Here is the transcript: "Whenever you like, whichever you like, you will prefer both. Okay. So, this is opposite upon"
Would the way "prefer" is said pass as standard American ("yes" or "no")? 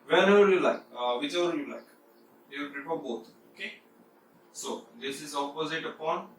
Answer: no